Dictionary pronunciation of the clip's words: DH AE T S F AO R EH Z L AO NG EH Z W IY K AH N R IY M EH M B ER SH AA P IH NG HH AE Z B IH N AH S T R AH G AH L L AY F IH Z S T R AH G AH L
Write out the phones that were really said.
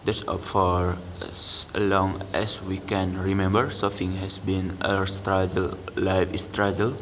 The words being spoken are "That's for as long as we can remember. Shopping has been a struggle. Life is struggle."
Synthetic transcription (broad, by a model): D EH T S F AO R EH S L AO NG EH S W IY K AH N R IY M EH M B ER S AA F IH NG HH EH S B IH N AH S T R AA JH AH L L AY F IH S T R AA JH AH L